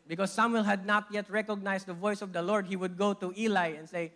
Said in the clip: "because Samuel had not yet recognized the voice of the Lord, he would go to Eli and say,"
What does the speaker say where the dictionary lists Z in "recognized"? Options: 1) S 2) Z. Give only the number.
1